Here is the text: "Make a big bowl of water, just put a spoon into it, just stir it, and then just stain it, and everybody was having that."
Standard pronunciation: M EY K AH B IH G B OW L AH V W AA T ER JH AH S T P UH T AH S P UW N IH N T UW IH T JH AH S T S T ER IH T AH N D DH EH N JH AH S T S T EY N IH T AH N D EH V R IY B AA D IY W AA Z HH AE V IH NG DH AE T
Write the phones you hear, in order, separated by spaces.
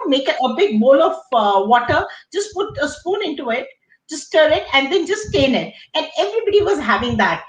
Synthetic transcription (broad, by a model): M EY K AH B IH G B OW L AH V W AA T ER JH AH S T P UH T AH S P UW N IH N T UW IH T JH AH S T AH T IH T AH N D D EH N JH AH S S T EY N IH T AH N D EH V R IY B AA D IY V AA Z HH AE V IH NG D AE T